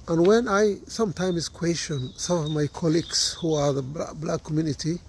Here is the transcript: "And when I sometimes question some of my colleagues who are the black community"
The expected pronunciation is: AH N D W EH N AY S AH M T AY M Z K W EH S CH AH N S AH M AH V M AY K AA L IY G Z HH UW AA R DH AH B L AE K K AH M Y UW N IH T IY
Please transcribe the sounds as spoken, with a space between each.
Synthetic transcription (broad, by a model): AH N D W EH N AY S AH M T AY M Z K W EH S CH AH N S AH M AH V M AY K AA L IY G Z HH UW AA R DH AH B L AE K K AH M Y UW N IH T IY